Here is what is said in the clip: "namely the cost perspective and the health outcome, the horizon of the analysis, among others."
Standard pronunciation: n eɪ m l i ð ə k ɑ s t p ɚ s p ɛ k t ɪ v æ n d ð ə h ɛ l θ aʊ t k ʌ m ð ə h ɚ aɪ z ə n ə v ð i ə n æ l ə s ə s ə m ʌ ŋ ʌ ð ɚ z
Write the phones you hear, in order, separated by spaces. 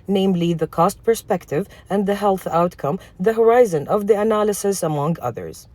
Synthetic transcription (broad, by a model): n eɪ m l i ð ə k ɑ s t p ɚ s p ɛ k t ɪ v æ n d ð ə h ɛ l θ aʊ t k ʌ m ð ə h ɚ aɪ z ə n ə v ð i ə n æ l ə s ə s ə m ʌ ŋ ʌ ð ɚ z